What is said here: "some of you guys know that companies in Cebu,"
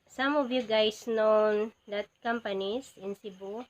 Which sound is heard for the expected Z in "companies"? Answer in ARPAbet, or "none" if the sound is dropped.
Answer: S